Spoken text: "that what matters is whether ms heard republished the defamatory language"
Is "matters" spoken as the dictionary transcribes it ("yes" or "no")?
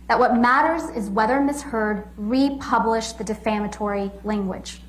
yes